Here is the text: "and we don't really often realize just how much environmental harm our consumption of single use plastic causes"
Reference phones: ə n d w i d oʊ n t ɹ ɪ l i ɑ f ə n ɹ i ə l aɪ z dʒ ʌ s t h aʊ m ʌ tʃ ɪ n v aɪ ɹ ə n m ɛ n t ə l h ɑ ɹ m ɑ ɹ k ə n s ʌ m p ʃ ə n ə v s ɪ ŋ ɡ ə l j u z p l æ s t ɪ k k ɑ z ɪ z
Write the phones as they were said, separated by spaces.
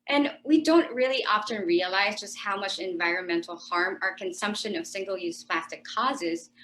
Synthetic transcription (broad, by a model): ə n w i d oʊ n t ɹ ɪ l i ɑ f ə n ɹ i ə l aɪ z dʒ ʌ s t h aʊ m ʌ tʃ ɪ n v aɪ ɹ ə n m ɛ n t l h ɑ ɹ m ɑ ɹ k ə n s ʌ m p ʃ ə n ə v s ɪ ŋ ɡ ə l j u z p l æ s t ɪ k k ɑ z ɪ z